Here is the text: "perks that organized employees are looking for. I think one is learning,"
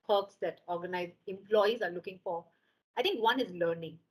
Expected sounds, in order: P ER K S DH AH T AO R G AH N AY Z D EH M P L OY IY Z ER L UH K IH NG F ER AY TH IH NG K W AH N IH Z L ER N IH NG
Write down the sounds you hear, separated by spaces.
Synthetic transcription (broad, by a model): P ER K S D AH T AO R G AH N AY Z EH M P L OY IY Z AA L UH K IH NG F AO AY T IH NG K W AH N IH Z L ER N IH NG